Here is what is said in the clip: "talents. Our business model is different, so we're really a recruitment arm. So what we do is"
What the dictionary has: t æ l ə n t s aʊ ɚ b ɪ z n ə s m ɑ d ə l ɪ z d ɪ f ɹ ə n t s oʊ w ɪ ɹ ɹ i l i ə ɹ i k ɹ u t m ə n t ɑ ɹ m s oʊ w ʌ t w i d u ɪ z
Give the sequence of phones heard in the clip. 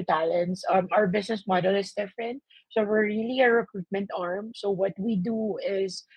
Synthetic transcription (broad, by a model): t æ l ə n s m aʊ ɚ b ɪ s n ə s m ɑ d ə l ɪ s d ɪ f ɹ ə n t s oʊ w ɪ ɹ ɹ i l i ə ɹ i k ɹ u t m ə n t ɑ ɹ m s oʊ w ʌ t w i d u ɪ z